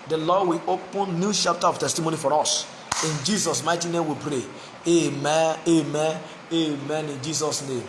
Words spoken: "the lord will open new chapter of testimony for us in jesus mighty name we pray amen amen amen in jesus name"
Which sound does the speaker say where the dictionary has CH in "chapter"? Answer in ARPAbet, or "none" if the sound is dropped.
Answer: SH